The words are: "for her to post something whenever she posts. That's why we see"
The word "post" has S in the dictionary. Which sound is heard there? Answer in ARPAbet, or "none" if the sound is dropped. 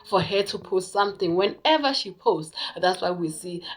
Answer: none